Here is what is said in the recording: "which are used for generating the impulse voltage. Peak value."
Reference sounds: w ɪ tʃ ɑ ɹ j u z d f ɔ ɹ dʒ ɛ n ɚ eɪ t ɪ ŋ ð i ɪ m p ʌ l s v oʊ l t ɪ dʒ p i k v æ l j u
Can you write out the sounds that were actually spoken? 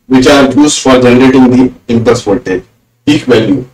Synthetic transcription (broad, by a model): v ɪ tʃ ɑ ɹ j u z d f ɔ ɹ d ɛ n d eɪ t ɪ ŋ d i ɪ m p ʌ s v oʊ t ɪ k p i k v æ l j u